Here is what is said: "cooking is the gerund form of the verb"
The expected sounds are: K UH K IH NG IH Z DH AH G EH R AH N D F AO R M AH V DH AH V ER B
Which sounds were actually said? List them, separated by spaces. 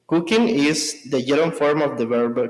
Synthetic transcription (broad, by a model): K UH K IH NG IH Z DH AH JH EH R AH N F AO R M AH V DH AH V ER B